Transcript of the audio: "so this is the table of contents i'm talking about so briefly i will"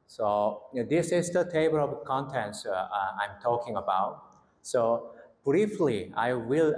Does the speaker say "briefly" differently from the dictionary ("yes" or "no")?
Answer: no